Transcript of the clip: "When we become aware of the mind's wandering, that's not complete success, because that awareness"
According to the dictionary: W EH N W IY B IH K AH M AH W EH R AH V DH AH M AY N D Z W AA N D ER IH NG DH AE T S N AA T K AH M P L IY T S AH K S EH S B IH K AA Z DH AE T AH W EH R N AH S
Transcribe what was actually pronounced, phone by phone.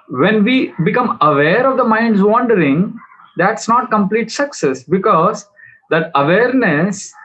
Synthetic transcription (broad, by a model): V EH N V IY B IH K AH M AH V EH R AH V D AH M AY N D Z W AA N D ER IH NG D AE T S N AA T K AH M P L IY T S AH K S EH S B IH K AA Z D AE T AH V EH R N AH S